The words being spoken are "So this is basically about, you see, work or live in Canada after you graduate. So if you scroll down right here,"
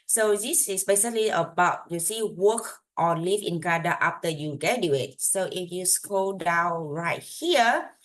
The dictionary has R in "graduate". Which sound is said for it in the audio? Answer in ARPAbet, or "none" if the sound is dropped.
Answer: none